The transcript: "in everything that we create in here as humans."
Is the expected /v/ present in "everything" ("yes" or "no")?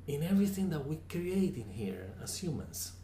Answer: yes